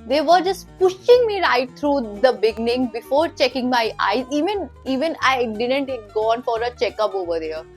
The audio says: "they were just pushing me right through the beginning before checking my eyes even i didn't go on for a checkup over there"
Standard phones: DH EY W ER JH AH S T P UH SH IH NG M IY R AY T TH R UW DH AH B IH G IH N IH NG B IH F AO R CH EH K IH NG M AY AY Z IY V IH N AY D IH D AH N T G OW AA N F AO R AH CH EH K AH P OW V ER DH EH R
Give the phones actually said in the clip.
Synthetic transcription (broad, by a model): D EY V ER JH AH S T P UH SH IH NG M IY R AY T T R UW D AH B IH G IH N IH NG B IH F AO R CH EH K IH NG M AY AY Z IY V IH N AY D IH D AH N T G OW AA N F AO R AH CH EH K AH P OW V ER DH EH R